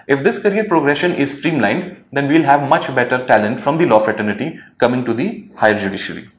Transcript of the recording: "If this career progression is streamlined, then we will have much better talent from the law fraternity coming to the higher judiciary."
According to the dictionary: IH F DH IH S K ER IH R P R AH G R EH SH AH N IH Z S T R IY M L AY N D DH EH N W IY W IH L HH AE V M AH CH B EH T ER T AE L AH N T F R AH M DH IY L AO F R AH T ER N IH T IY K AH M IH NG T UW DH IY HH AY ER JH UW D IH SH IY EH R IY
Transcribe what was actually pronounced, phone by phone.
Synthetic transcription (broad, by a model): IH F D IH S K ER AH R P R AH G R EH SH AH N IH Z S T R IY M L AY N D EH N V IY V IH L HH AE V M AH CH B EH T ER T AE L AH N T F R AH M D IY L AO F R AH T ER N IH T IY K AH M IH NG T UW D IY HH AY ER JH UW D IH SH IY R IY